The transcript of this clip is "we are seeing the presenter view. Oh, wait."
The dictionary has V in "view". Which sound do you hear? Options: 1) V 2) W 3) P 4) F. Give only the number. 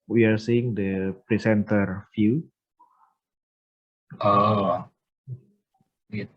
4